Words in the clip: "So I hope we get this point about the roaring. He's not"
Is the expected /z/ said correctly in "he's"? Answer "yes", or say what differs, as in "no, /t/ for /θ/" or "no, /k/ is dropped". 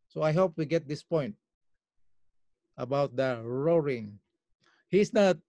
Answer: no, /s/ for /z/